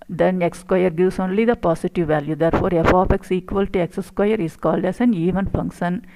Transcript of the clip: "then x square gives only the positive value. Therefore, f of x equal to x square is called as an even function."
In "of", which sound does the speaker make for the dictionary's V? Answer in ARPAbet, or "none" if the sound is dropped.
P